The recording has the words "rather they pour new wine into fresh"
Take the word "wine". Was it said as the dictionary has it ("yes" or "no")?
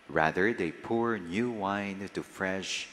no